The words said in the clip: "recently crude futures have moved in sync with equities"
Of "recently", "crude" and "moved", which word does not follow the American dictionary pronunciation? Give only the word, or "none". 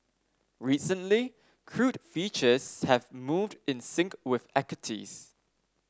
none